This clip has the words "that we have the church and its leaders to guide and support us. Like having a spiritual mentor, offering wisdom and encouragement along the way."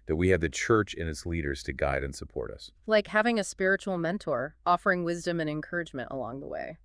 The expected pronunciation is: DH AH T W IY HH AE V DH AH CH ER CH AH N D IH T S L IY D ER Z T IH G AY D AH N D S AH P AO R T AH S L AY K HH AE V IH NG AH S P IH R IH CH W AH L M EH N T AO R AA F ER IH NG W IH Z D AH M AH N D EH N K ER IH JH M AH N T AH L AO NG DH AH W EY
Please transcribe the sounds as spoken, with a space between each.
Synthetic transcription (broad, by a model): DH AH T W IY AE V DH AH CH ER CH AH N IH T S L IY D ER Z T IH G AY D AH N S AH P AO R T AH S L AY K HH AE V IH NG AH S P IH R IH CH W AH L M EH N T AO R AA F ER IH NG W IH Z D AH M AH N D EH N K ER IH JH M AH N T AH L AO NG DH AH W EY